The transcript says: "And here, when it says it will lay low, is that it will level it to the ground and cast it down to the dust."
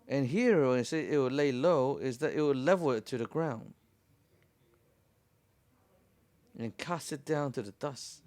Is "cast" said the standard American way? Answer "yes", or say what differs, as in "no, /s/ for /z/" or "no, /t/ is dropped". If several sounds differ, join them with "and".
yes